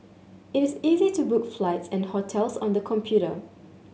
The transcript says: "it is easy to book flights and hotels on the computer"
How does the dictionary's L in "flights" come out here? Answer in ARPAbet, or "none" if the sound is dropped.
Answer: L